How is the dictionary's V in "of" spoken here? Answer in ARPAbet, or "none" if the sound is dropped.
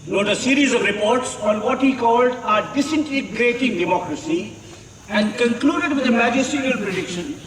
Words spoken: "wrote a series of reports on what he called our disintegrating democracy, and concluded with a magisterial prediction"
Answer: V